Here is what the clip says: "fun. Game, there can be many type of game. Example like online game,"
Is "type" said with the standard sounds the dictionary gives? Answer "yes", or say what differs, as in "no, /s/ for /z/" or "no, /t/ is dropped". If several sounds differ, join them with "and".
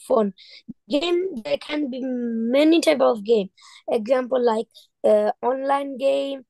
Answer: no, /b/ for /p/